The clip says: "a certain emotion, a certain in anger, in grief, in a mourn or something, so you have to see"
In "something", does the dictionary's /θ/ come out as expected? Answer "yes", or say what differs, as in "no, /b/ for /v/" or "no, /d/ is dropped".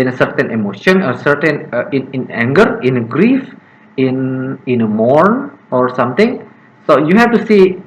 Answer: no, /t/ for /θ/